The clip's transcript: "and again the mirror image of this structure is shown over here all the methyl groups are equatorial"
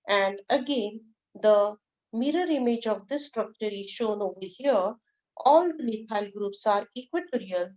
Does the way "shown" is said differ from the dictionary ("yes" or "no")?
no